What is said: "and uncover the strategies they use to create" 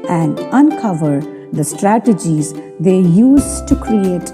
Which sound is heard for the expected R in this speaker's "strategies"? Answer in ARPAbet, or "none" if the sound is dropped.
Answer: R